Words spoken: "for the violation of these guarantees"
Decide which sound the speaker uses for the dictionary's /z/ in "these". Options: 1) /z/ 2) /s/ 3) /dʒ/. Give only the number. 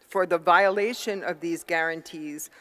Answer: 1